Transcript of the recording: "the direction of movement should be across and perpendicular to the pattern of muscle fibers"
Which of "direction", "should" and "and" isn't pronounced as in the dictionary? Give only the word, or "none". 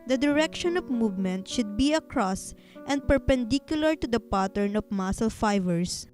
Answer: none